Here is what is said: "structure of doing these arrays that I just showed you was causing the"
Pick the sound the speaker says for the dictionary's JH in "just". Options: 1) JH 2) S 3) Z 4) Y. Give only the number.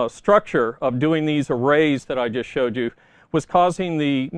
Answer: 1